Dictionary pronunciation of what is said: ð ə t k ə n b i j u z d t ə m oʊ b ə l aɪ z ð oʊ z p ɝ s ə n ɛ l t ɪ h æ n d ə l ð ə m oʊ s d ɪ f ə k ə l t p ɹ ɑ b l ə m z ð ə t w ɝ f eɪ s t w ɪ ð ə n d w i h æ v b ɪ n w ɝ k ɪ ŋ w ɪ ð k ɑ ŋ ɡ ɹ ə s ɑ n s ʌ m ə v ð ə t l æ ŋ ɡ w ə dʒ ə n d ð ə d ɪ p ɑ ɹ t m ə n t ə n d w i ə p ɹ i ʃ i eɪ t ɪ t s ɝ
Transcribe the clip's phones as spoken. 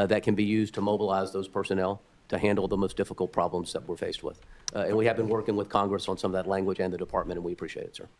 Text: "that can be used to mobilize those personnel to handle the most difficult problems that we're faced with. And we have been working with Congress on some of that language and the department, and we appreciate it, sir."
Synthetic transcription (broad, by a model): ð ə t k ə n b i j u z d t ə m oʊ b ə l aɪ z ð oʊ z p ɝ s ə n ɛ l t ɪ h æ n d l ð ə m oʊ s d ɪ f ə k l t p ɹ ɑ b l ə m z ð ə t w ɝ f eɪ s t w ɪ ð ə n w i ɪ v b ɪ n w ɝ k ɪ ŋ w ɪ ð k ɑ ŋ ɡ ɹ ə s n s ʌ m ə v ð ə t l æ ŋ ɡ w ə dʒ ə n ð ə d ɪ p ɑ ɹ t m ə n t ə n w i ə p ɹ i ʃ i eɪ t ɪ t s ɝ